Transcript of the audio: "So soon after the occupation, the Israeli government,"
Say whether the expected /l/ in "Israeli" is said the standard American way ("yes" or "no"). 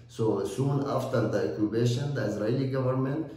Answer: no